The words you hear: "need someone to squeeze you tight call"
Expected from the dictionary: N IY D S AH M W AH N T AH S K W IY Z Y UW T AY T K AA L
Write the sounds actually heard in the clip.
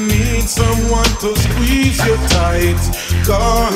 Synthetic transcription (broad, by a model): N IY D S AH M W AH N T AH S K W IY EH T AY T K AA